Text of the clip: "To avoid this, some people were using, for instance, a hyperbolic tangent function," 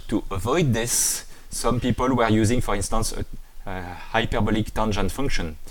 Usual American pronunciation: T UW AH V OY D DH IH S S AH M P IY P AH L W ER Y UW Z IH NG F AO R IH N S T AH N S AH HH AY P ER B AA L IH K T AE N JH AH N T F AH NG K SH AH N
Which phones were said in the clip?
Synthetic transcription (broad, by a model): T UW AH V OY D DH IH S S AH M P IY P AH L W ER Y UW Z IH NG F AO R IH N S T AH N S AH HH AY P ER B AA L IH K T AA N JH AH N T F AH NG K SH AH N